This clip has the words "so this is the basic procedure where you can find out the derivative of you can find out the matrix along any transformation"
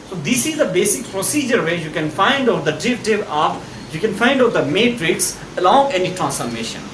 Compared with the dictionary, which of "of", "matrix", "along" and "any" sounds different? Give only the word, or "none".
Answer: of